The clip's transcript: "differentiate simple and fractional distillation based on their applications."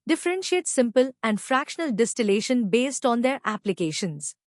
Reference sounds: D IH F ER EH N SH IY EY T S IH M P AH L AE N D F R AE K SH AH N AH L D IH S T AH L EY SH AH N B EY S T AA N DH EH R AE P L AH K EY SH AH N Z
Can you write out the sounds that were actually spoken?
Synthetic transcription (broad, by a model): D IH F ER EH N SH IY EY T S IH M P AH L AE N D F R AE K SH AH N AH L D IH S T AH L EY SH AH N B EY S T AA N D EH R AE P L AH K EY SH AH N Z